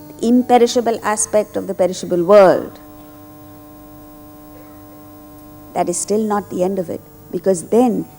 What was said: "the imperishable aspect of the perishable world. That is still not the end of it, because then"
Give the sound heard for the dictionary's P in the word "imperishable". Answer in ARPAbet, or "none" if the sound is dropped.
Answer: P